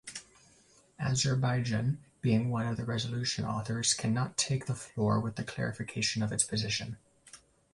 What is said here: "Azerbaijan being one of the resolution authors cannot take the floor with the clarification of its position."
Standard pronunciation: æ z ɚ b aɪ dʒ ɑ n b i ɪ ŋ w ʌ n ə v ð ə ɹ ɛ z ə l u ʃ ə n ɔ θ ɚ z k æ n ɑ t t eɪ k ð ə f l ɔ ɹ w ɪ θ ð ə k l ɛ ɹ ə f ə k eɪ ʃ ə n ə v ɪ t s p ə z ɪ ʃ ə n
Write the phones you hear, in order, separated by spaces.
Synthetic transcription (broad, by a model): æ z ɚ b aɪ dʒ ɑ n b i ɪ ŋ w ʌ n ə v ð ə ɹ ɛ z ə l u ʃ ə n ɔ θ ɚ z k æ n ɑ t t eɪ k ð ə f l ɔ ɹ w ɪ ð ə k l ɛ ɹ ə f ə k eɪ ʃ ə n ə v ɪ t s p ə z ɪ ʃ ə n